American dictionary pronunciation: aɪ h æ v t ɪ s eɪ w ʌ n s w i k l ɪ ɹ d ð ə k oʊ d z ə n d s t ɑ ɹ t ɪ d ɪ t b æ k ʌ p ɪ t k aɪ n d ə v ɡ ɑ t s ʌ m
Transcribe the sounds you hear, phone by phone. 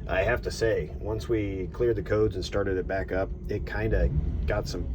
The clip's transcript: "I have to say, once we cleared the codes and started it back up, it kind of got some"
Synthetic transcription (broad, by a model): aɪ h æ f t ɪ s eɪ w ʌ n s w i k l ɪ ɹ d ð ə k oʊ d z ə n s t ɑ ɹ t ɪ d ɪ t b æ k ʌ p ɪ t k aɪ n d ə ɡ ɑ t s ʌ m